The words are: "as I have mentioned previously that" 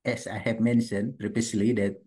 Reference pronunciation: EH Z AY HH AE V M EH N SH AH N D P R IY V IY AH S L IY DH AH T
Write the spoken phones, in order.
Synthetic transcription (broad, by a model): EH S AY HH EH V M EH N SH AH N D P R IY P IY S L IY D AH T